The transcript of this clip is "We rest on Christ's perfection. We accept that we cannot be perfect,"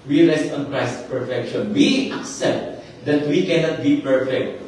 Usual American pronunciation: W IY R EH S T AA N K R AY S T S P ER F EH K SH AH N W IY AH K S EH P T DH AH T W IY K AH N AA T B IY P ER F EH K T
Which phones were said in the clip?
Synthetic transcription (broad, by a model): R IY L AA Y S AA N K R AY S S P ER F EH K SH AH N W IY AH K S EH P T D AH T W IY K AH N AA T B IY P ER F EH K T